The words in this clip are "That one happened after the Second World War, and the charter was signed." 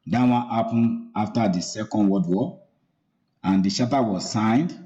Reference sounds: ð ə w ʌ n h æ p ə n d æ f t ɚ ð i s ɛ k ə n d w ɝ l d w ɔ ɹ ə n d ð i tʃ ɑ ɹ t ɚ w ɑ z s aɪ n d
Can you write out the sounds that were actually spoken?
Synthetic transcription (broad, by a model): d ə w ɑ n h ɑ p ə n ɑ f t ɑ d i s ɛ k ə n d w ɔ d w ɔ ə n d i ʃ ɑ t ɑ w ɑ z s aɪ n d